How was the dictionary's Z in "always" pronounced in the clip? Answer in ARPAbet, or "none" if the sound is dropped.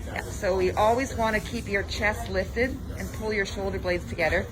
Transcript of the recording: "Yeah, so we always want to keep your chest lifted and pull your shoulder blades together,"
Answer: Z